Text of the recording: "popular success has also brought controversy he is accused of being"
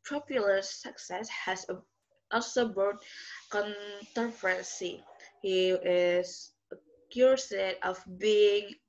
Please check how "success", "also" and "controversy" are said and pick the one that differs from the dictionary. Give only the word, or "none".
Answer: controversy